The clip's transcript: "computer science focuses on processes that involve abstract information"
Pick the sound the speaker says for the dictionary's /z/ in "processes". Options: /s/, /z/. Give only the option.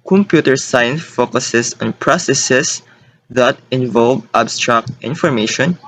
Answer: /s/